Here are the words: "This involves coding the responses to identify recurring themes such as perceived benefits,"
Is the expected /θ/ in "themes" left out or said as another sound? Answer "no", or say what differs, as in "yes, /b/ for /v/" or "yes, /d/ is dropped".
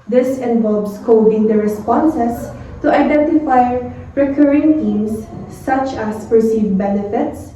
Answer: yes, /t/ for /θ/